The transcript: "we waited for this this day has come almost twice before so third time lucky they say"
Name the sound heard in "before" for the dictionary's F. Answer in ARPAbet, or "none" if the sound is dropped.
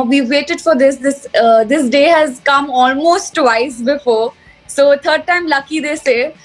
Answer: F